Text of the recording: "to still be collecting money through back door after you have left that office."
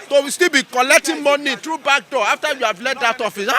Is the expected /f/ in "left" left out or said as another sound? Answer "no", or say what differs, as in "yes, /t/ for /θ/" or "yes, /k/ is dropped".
yes, /f/ is dropped